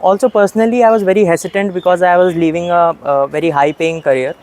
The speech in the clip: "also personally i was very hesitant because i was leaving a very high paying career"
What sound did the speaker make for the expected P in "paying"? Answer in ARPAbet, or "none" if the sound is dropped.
P